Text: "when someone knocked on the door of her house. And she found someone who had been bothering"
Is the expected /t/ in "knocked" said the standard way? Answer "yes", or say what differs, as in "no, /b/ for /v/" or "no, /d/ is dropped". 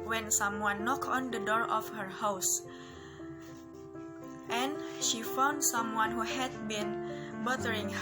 no, /t/ is dropped